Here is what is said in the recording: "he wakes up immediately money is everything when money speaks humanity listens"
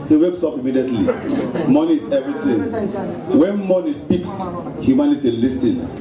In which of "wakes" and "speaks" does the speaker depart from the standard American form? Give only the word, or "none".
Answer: none